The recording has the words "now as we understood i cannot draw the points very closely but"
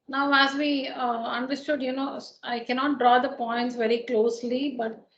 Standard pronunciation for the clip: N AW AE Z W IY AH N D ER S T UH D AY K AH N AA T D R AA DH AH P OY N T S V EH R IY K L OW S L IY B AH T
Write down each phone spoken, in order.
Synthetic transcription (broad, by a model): N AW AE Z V IY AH N D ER S T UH D AY K AH N AA T D R AA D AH P OY N T S V EH R IY K L OW S L IY B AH T